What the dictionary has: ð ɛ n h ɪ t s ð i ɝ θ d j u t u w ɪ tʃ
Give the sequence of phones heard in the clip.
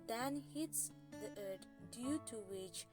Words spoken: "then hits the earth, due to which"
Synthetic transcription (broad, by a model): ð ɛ n h ɪ t s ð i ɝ t d j u t u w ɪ tʃ